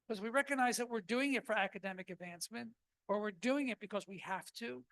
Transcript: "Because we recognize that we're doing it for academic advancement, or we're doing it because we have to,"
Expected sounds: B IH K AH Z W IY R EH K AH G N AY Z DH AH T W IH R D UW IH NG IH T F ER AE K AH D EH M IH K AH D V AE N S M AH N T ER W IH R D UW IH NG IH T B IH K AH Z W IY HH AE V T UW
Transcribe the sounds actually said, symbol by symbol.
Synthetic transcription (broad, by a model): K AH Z W IY R EH K AH G N AY Z DH AH T W IH R D UW IH NG IH T F ER AE K AH D EH M IH K AH D V AE N S M AH N T ER W IH R D UW IH NG IH T B IH K AH Z W IY HH AE F T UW